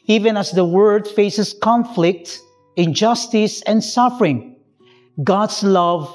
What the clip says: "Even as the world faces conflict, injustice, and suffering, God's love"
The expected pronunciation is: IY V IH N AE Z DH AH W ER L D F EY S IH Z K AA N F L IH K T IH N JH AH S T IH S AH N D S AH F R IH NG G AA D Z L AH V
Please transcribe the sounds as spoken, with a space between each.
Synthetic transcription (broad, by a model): IY V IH N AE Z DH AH W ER D F EY S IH S K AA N F L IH K T IH N JH AH S T IH S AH N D S AH F R IH NG G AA D S L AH V